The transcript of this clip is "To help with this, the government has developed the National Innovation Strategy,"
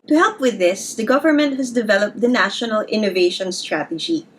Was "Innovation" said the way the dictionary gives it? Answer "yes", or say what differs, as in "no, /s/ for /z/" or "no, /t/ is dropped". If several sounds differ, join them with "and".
yes